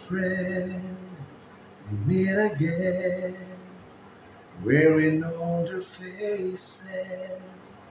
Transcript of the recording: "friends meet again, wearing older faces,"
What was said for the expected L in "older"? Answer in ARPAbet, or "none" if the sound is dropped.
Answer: none